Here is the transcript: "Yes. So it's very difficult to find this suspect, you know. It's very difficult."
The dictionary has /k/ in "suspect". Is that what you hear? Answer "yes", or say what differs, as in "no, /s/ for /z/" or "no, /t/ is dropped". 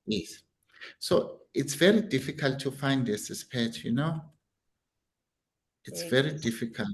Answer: no, /k/ is dropped